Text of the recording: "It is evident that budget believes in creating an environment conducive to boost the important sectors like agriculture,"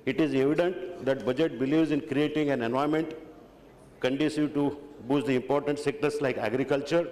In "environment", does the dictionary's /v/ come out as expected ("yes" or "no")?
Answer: no